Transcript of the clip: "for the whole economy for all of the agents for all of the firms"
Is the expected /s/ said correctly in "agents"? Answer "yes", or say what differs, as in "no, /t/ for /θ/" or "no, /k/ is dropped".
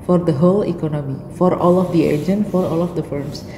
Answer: no, /s/ is dropped